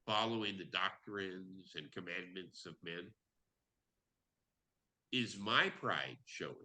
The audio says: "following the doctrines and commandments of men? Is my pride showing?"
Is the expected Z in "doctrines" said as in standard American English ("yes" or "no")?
yes